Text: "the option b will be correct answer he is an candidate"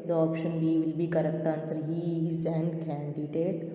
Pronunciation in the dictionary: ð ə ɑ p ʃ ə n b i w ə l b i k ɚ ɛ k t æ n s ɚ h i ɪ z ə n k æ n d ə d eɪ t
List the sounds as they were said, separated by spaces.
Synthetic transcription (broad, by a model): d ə ɑ p ʃ ə n b i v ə l b i k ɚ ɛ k t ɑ n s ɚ h i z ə n k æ n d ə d eɪ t